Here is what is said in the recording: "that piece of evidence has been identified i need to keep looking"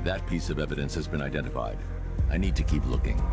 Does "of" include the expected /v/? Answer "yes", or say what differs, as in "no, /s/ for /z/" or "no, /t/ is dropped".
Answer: yes